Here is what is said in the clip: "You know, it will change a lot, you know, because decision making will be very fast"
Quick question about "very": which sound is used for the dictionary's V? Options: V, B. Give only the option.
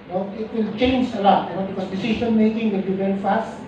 B